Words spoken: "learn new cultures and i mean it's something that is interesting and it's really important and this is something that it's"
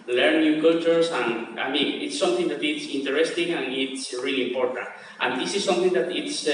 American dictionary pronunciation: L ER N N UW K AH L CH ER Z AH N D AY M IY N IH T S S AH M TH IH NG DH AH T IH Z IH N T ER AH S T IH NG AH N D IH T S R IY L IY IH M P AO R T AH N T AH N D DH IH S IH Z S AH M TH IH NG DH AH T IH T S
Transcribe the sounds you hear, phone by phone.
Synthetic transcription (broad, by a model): L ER N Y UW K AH CH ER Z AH N AY M IY N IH T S S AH M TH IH NG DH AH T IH S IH N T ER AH S T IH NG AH N IH T S R IY L IY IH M P AO R T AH N T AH N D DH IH S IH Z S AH M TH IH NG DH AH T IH T S